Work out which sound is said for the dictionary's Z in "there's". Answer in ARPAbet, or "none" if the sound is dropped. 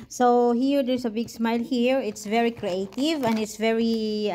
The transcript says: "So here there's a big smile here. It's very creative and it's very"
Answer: S